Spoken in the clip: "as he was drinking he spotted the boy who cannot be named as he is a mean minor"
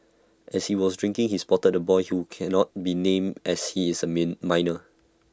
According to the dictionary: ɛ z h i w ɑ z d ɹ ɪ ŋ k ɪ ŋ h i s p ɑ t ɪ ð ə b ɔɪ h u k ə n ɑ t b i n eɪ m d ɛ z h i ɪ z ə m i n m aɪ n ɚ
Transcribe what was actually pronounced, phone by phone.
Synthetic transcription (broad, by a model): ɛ s h i w ɑ s d ɹ ɪ ŋ k ɪ ŋ h i s p ɑ t ɪ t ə b ɔɪ h u k ə n ɑ t b i n eɪ m ɛ s h i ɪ s ə m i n m aɪ n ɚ